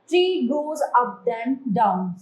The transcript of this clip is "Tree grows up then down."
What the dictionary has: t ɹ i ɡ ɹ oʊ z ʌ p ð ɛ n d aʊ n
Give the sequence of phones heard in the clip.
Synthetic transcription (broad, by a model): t ɹ i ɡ oʊ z ʌ p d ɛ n d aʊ n